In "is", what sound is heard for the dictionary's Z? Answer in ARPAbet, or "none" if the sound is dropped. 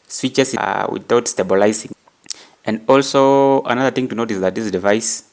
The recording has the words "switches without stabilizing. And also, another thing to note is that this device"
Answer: S